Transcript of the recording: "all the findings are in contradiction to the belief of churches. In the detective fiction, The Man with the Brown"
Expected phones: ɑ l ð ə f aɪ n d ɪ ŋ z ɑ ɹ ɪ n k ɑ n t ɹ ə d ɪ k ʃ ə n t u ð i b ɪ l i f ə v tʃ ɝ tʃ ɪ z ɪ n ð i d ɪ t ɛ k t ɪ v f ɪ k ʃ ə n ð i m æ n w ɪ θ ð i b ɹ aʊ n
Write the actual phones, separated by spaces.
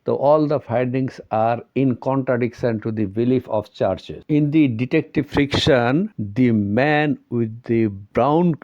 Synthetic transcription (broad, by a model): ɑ l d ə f aɪ d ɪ ŋ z ɑ ɹ ɪ n k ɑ n t ɹ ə d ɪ k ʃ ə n t u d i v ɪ l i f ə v tʃ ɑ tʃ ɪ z ɪ n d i d ɪ t ɛ k t ɪ v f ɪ k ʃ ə n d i m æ n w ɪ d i b ɹ aʊ n